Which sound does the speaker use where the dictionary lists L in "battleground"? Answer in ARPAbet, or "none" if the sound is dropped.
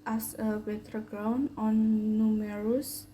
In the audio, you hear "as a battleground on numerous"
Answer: none